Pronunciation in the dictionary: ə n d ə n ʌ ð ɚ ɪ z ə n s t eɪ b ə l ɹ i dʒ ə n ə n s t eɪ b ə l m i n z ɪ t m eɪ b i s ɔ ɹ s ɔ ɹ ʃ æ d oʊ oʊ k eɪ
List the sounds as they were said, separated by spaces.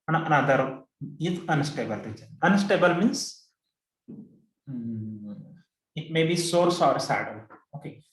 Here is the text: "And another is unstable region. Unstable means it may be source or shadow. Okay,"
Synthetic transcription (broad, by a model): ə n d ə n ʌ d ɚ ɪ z ə n s t eɪ b ə l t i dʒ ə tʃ ə n s t eɪ b ə l m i n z ɪ t m eɪ b i s ɔ ɹ s ɔ ɹ s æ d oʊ oʊ k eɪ